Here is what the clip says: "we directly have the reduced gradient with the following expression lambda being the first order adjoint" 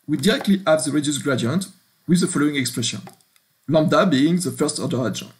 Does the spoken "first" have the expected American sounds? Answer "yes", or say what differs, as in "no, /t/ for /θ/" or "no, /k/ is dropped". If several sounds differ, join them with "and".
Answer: yes